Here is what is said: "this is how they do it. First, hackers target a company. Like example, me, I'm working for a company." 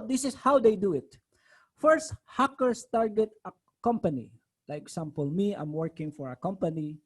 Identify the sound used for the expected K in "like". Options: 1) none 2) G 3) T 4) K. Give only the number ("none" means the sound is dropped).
1